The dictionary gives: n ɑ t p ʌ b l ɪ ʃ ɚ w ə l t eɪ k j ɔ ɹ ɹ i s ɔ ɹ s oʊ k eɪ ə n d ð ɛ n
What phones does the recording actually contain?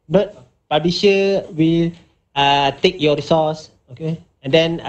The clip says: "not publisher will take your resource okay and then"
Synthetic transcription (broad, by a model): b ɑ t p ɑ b ɪ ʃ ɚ w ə l t eɪ k j ɔ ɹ ɹ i s ɔ s oʊ k eɪ ə n d ɛ n